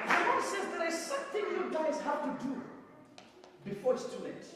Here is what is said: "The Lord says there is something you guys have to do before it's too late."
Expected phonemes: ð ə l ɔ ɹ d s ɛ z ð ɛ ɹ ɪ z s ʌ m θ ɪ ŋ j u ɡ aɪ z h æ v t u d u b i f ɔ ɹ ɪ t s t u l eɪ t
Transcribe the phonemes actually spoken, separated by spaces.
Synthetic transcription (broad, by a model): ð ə w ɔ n s ɛ z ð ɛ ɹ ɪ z s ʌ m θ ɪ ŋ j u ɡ aɪ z h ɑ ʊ t u d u b i f ɔ ɹ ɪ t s t u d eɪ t